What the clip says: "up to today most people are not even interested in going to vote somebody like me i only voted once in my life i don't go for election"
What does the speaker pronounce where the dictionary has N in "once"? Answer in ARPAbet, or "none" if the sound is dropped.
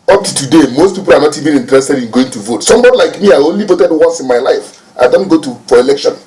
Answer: none